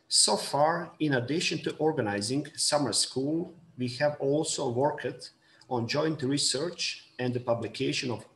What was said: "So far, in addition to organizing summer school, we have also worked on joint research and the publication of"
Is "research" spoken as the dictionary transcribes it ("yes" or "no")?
yes